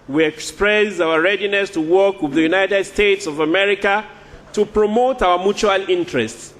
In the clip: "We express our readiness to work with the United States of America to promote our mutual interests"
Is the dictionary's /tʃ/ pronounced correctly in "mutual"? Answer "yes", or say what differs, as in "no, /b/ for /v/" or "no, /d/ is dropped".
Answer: yes